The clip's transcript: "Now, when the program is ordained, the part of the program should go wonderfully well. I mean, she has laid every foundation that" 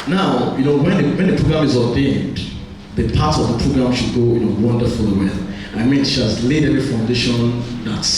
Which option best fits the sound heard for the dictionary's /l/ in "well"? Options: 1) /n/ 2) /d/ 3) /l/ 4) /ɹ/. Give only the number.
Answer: 1